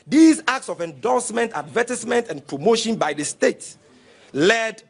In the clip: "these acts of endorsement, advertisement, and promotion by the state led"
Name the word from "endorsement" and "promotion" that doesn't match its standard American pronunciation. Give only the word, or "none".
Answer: endorsement